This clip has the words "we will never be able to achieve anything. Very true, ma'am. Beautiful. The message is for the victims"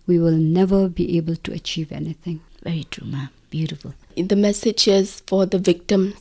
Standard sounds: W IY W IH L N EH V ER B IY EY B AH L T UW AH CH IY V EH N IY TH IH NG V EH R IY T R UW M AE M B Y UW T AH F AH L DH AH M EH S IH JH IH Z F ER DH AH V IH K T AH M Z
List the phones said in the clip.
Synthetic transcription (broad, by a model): W IY W IH L N EH V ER B IY EY B AH L T UW AH CH IY V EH N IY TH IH NG V EH R IY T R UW M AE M B Y UW T AH F AH L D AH M EH S IH JH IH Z F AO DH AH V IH K T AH M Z